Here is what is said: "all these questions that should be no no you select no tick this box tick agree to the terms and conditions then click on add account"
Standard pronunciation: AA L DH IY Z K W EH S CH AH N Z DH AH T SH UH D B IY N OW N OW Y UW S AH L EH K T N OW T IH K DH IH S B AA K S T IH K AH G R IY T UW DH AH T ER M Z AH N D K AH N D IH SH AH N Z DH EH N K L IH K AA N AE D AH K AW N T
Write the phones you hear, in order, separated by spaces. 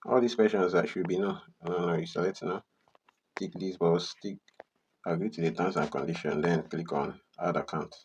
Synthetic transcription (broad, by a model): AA L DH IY S K W EH S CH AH N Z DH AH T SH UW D B IY N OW N OW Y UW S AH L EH T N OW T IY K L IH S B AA S T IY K AH G R IY T UW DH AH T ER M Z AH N K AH N D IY SH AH N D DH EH N K L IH K AA N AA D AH K AW N T